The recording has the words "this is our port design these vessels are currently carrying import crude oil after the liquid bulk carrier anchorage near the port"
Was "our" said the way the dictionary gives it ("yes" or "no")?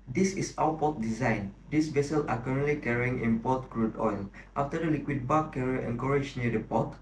no